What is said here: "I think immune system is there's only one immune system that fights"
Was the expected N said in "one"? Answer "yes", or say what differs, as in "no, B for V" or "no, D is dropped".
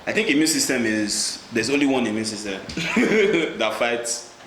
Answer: yes